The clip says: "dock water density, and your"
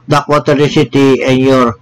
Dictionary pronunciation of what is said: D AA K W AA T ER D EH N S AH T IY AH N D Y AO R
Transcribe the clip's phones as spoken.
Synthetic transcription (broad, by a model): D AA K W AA T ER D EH S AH T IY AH N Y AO R